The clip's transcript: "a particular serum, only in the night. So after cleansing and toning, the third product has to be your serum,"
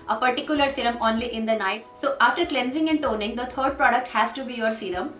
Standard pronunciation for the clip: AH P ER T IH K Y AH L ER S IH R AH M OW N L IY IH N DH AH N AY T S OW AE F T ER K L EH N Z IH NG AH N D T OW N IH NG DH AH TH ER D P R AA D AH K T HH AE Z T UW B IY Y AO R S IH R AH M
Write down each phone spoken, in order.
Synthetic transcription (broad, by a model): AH P ER T IH K Y AH L ER S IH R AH M OW N L IY IH N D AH N AY T S OW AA F T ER K L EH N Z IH NG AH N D T OW N IH NG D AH T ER D P R AA D AH K T HH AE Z T UW B IY Y AO R S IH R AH M